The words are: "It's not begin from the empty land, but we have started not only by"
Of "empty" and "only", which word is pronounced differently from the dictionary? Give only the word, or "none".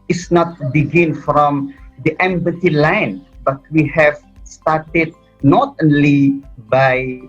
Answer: empty